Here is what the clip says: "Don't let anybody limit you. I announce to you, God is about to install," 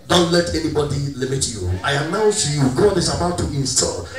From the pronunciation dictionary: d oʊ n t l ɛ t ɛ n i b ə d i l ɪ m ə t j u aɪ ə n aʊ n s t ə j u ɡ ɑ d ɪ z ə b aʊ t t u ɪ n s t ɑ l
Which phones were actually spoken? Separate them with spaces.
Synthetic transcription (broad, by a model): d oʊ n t l ɛ t ɛ n i b ə d i l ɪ m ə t j u aɪ ə n aʊ n s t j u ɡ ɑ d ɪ s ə b aʊ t t u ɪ n s t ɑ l